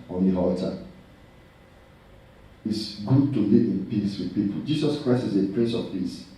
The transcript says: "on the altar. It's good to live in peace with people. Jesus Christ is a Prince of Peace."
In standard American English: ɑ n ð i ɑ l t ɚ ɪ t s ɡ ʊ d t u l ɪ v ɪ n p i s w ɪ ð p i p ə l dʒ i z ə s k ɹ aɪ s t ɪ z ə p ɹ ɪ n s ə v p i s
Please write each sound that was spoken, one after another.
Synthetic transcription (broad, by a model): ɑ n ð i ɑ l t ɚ ɪ t s ɡ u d t u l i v ɪ n p i s w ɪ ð p i p ə l dʒ i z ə s k ɹ aɪ s t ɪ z ə p ɹ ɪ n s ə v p i s